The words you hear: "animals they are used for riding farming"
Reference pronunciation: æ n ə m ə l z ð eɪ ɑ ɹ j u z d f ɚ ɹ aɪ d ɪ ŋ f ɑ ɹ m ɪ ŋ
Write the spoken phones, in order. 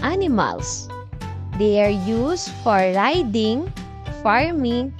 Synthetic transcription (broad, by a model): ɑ n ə m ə l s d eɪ ɑ ɹ j u s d f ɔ ɹ aɪ d ɪ ŋ f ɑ ɹ m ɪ ŋ